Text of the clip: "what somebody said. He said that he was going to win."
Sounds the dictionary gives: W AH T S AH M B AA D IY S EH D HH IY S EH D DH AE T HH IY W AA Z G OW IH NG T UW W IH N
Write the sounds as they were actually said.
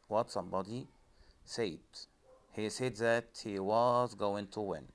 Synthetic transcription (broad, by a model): W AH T S AH M B AA D IY S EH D HH IY S EH D DH AE T HH IY W AA Z G OW IH NG T UW W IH N